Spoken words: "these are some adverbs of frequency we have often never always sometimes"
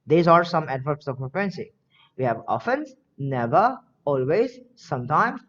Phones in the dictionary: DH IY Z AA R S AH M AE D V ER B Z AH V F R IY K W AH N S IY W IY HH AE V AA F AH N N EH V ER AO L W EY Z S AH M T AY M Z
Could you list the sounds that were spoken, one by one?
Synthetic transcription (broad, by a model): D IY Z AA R S AH M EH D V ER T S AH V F EH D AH N S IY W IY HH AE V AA F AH N N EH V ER AO L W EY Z S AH M T AY M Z